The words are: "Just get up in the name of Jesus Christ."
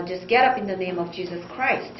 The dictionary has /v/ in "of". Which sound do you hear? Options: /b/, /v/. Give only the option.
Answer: /v/